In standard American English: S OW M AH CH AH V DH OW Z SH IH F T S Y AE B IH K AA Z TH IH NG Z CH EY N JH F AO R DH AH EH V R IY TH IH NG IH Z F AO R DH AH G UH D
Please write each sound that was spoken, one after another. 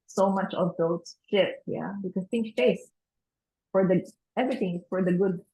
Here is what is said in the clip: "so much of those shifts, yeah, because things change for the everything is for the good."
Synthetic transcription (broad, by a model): S OW M AH CH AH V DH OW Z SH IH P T Y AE B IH K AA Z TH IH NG CH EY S F AO R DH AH EH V R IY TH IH NG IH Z F AO R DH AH G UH D